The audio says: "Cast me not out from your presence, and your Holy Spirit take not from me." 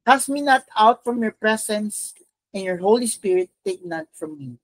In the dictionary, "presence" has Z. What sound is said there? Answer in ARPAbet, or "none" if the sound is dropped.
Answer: S